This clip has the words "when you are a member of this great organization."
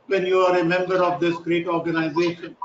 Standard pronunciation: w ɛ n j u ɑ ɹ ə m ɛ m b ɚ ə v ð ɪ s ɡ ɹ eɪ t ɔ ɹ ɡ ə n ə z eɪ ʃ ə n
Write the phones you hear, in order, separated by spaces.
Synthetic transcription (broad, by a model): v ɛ n j u ɑ ɹ ə m ɛ m b ɚ ə v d ɪ s ɡ ɹ eɪ t ɔ ɹ ɡ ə n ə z eɪ ʃ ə n